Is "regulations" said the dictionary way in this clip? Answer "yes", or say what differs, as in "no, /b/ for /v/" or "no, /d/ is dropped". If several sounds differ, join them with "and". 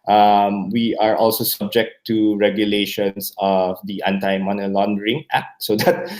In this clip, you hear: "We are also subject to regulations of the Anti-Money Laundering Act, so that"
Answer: no, /s/ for /z/